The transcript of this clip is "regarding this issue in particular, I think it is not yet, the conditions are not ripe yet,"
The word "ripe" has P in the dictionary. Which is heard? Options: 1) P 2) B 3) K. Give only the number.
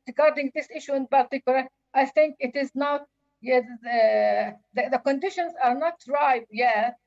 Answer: 2